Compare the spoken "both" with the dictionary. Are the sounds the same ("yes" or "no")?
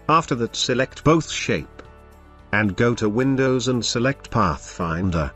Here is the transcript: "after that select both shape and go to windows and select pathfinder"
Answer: yes